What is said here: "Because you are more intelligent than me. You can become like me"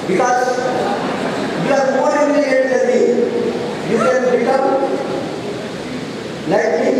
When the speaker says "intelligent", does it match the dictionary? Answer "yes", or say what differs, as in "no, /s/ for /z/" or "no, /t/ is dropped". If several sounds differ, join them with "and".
no, /dʒ/ is dropped